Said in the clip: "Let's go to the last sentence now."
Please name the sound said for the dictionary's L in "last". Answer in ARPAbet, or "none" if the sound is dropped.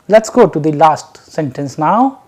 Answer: L